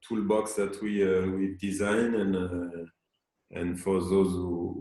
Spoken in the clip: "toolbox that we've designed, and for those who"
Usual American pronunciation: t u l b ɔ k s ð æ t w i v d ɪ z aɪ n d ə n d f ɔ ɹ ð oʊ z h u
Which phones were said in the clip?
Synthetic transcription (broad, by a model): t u l b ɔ k s ð æ t w i w d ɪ z aɪ n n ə n f ɔ ɹ ð oʊ z h u